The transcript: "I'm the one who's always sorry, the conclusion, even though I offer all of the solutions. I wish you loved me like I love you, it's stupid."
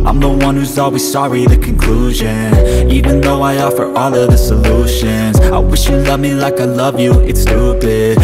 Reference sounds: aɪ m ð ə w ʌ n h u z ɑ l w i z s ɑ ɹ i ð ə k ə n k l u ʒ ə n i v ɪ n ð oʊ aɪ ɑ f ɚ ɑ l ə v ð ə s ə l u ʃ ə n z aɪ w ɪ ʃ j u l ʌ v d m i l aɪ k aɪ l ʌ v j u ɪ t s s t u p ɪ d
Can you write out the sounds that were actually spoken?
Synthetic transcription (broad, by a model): aɪ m ð ə w ʌ n h u z ɑ l w i z s ɑ ɹ i ð ə k ə n k l u ʒ ə n i v ɪ n ð oʊ aɪ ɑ f ɚ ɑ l ə v ð ə s ə l u ʃ ə n z aɪ w ɪ ʃ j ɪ l ʌ v m i l aɪ k aɪ l ʌ v j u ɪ t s s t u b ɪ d